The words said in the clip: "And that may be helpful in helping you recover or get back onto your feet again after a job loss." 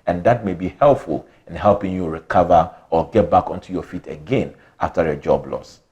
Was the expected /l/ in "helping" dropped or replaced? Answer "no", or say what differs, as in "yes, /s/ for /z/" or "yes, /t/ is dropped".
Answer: no